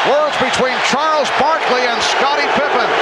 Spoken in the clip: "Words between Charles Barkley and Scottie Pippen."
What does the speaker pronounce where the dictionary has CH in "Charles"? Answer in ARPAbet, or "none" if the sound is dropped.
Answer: CH